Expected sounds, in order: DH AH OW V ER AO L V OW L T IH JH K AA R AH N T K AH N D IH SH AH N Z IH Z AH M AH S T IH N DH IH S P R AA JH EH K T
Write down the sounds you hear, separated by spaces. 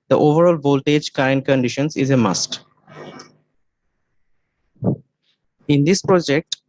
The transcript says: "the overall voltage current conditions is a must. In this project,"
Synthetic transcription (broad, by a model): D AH OW V ER AO L V OW L T IH JH K AA R AH N T K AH N D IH SH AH N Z IH Z AH M AH S T IH N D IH S P R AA JH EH K T